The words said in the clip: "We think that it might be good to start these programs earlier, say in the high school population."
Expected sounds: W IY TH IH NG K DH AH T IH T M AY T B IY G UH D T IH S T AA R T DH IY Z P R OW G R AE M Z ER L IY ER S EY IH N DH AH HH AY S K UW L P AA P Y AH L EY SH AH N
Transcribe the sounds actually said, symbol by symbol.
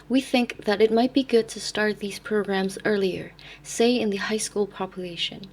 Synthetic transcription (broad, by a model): W IY TH IH NG K DH AH T IH T M AY T B IY G UH D T IH S T AA R T DH IY Z P R OW G R AE M Z ER L IY ER S EY IH N DH AH HH AY S K UW L P AA P Y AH L EY SH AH N